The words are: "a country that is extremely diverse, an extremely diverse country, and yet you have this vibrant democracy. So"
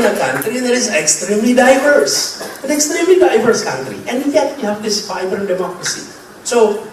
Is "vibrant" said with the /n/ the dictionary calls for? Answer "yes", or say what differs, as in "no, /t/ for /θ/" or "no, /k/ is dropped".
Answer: no, /n/ is dropped